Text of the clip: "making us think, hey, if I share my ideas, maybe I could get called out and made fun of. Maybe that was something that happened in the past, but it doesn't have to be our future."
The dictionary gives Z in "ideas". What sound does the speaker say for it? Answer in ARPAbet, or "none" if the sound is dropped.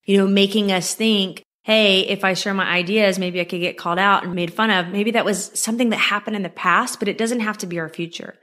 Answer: Z